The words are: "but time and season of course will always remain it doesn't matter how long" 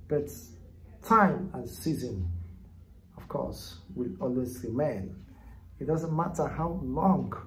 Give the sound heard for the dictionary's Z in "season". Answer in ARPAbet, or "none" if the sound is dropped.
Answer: Z